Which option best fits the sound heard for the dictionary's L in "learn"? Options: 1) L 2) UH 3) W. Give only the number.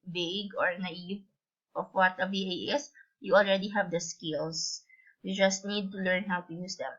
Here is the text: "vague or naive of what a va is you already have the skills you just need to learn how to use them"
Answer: 1